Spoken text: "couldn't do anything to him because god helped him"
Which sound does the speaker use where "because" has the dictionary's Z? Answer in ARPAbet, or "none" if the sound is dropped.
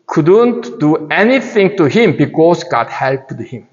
S